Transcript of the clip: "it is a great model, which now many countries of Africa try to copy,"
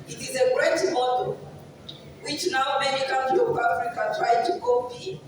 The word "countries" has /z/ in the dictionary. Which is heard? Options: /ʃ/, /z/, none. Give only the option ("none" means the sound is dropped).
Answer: none